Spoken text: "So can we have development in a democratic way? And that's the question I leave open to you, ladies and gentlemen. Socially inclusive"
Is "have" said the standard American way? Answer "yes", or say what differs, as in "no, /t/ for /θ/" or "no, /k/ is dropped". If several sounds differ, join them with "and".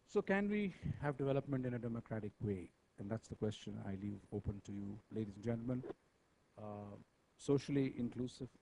yes